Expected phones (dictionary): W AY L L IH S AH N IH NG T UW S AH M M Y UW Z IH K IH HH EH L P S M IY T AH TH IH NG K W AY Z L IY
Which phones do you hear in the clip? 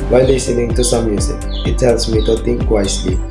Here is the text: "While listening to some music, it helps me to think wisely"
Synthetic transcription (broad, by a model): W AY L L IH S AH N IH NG T UW S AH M M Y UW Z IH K IH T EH L S M IY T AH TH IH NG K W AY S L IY